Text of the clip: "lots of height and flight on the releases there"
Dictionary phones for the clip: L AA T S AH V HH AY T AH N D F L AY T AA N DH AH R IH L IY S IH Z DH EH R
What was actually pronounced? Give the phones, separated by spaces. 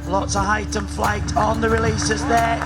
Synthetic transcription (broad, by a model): L AA T S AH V HH AY T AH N F L AY T N DH AH R IH L IY S IH Z DH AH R